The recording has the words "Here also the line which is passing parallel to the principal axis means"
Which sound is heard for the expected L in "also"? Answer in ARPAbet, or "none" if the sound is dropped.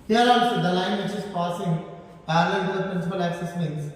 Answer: none